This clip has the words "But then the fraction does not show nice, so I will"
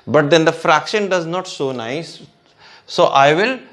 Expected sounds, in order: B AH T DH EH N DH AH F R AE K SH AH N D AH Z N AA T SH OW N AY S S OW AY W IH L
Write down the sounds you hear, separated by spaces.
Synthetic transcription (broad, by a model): B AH T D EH N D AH F R AE K SH AH N D AH Z N AA T S OW N AY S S OW AY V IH L